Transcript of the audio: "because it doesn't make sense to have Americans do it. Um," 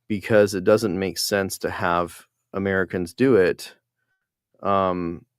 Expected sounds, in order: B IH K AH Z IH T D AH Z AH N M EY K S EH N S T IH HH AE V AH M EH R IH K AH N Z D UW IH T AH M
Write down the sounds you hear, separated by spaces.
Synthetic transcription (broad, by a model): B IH K AH Z IH T D AH Z AH N M EY K S EH N S T IH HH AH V AH M EH R IH K AH N Z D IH IH T AH M